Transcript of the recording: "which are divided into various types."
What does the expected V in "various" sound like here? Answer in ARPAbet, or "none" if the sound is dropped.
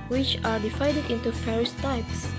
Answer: F